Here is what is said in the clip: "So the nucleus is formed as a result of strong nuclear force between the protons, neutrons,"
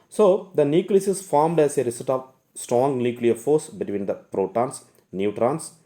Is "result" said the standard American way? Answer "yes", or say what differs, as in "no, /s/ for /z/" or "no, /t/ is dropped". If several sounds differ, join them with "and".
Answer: no, /s/ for /z/ and /l/ is dropped